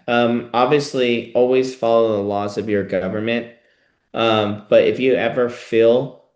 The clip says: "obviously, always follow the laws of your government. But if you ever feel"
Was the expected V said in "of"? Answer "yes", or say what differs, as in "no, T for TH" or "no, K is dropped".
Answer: yes